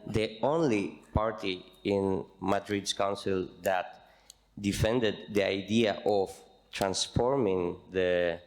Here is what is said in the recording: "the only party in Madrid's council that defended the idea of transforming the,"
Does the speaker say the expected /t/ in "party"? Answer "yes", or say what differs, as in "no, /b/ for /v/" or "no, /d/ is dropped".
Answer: yes